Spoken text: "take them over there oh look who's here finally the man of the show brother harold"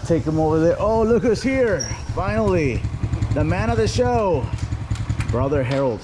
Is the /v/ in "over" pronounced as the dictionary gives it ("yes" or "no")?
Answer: yes